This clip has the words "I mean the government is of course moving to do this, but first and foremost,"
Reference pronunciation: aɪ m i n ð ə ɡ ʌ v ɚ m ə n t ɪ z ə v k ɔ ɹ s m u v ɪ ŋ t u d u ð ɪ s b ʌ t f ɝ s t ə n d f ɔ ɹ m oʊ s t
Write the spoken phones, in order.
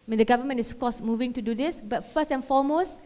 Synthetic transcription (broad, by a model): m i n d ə ɡ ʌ v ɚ m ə n ɪ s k ɔ s m u v ɪ ŋ t u d u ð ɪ s b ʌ t f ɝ s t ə n f ɔ m oʊ s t